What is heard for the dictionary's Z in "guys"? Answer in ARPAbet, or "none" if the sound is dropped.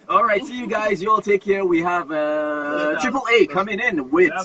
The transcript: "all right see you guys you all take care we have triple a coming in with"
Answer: Z